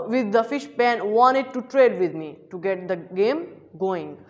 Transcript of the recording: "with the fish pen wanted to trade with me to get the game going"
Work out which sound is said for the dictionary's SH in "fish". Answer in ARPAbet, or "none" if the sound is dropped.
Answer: SH